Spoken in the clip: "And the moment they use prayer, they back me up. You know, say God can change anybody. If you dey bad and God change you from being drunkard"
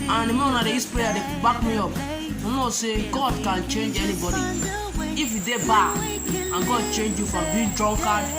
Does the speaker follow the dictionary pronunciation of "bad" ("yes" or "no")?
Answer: no